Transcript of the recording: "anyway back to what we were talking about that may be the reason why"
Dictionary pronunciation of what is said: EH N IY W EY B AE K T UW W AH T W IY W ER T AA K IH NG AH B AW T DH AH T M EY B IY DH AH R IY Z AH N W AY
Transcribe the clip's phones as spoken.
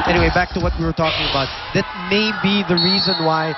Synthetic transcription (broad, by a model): EH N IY W EY B AE K T UW W AH T W IY W ER T AA K IH NG AH B AW T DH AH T M EY B IY DH AH R IY Z AH N W AY